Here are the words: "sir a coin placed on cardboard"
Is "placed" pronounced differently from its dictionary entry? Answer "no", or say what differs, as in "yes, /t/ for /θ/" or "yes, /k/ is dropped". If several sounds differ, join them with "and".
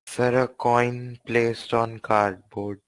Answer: no